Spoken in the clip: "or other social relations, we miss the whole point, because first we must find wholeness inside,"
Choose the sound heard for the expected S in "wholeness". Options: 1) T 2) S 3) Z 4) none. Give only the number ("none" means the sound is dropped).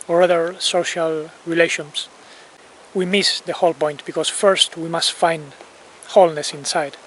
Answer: 2